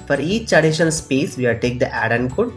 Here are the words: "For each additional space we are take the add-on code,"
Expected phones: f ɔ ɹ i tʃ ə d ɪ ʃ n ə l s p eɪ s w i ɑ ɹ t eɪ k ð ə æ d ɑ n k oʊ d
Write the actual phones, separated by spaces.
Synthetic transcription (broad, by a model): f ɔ ɹ i tʃ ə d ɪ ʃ ə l s p eɪ s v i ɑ l t eɪ k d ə æ d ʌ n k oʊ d